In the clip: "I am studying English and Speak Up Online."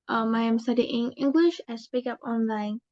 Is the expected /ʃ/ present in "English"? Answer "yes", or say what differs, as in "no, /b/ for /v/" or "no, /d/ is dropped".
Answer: yes